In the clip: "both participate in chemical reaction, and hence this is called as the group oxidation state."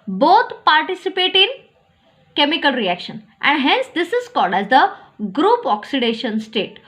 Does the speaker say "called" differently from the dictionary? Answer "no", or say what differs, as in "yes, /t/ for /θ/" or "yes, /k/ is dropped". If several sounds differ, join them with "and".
no